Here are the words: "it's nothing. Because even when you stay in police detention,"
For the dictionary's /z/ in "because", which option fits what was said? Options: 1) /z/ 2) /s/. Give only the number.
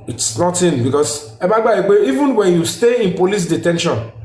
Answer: 2